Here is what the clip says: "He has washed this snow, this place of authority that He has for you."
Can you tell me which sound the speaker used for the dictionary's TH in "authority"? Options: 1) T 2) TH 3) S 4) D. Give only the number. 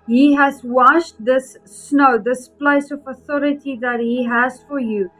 2